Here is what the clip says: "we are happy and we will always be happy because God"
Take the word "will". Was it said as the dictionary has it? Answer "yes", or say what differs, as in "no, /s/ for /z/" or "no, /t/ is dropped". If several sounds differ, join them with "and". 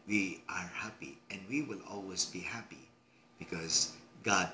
yes